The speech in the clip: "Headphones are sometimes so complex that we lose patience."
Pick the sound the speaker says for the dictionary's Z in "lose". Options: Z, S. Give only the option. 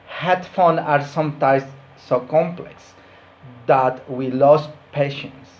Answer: S